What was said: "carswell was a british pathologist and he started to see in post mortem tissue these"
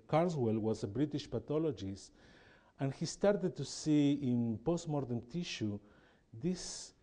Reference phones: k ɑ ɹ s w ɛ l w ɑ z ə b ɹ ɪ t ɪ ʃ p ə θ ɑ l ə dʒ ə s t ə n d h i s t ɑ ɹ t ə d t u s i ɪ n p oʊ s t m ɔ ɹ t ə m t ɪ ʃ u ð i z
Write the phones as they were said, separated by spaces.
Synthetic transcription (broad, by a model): k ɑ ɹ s w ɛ l w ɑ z ə b ɹ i t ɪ ʃ p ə t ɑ l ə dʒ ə s t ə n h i s t ɑ ɹ t ə d t u s i ɪ n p oʊ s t m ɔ ɹ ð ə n t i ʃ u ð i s